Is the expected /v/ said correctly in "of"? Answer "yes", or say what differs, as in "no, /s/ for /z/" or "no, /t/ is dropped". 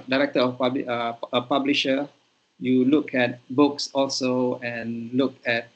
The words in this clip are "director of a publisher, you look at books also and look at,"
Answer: no, /b/ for /v/